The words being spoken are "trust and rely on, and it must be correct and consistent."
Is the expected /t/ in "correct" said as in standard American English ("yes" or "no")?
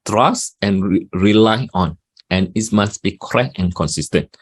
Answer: no